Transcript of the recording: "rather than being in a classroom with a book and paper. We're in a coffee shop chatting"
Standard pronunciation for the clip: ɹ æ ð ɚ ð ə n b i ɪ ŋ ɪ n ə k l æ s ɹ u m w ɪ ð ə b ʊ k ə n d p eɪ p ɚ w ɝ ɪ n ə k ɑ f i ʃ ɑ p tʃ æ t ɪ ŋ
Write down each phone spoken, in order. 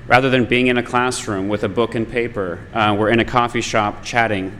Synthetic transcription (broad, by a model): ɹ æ ð ɚ ð ə n b i ɪ ŋ ɪ n ə k l æ s ɹ u m w ɪ ð ə b ʊ k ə n p eɪ p ɚ w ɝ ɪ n ə k ɑ f i ʃ ɑ p tʃ æ t ɪ ŋ